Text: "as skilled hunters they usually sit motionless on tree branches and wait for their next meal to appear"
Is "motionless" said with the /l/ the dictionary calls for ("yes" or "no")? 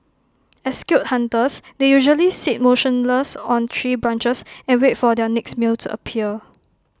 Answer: yes